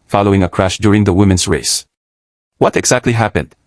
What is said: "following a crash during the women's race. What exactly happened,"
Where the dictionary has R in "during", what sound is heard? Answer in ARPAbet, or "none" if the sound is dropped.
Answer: R